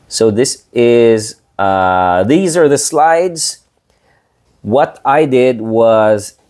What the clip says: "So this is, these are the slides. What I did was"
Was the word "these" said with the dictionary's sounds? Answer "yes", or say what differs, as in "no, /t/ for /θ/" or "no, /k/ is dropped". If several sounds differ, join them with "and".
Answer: yes